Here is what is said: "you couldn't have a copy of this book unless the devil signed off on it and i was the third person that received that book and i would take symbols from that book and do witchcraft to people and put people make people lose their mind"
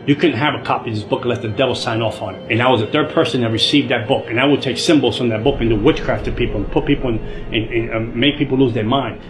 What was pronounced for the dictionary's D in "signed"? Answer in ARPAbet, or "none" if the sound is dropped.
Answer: none